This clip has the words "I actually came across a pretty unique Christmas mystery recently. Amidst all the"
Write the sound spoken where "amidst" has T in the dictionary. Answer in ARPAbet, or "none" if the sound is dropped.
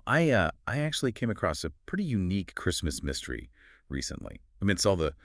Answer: none